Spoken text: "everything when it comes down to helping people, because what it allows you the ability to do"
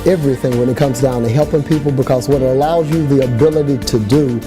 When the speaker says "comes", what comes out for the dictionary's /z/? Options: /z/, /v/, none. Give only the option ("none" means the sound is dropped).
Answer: /z/